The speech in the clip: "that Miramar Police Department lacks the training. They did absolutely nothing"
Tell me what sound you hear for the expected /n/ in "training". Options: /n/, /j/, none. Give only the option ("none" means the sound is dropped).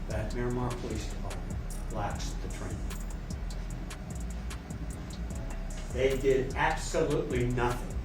none